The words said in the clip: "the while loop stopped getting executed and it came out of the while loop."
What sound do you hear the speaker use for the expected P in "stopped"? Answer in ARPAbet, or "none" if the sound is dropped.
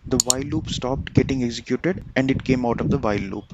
P